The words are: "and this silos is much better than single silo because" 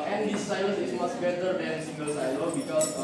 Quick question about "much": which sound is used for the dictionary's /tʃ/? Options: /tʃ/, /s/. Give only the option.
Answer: /s/